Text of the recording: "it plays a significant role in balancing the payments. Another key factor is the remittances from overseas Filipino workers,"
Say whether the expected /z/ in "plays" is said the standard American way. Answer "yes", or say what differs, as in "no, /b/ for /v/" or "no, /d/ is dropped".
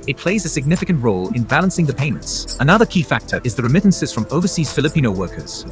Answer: yes